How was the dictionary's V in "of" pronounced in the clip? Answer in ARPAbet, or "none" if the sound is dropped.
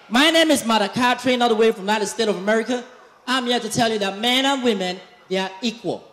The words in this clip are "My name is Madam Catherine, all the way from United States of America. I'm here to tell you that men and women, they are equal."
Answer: V